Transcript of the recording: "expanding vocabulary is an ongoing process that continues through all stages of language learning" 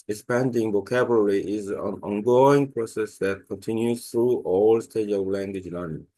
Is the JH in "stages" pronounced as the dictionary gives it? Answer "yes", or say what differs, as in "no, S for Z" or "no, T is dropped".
no, JH is dropped